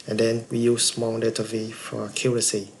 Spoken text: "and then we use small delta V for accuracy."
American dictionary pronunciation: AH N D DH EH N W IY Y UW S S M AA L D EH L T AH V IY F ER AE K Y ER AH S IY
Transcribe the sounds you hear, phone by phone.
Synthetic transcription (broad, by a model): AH N D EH N W IY Y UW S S M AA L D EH T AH V IY F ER K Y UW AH S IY